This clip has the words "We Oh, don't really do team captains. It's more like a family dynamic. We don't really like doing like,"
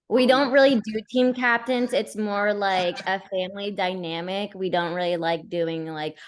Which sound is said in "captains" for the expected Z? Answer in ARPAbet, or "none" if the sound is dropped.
Z